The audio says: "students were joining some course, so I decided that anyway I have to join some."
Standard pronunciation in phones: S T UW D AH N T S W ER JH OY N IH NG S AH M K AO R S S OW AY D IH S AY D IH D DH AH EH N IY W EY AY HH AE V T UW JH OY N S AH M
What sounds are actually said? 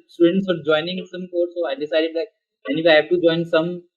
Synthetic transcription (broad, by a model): S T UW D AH N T S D JH OY N IH NG S AH M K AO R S S OW AY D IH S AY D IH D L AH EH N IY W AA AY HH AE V T UW JH OY N S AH M